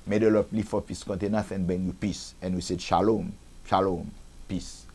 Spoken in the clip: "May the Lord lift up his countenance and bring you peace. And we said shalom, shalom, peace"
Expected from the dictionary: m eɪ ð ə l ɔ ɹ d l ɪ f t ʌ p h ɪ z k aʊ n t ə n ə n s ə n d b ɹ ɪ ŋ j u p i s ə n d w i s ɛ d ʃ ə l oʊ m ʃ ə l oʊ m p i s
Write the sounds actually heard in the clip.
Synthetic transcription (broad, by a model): m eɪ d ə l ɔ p l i f ɔ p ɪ s k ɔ n t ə n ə s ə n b ɛ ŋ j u p i s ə n w i s ɛ d ʃ ə l oʊ m ʃ ə l oʊ m p i s